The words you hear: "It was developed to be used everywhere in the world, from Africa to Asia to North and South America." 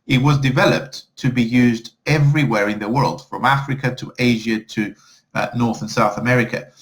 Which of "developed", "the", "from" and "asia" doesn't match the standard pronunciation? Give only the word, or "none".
none